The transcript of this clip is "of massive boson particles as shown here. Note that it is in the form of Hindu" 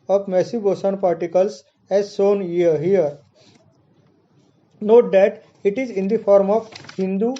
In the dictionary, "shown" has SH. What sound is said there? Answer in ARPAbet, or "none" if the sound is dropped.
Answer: S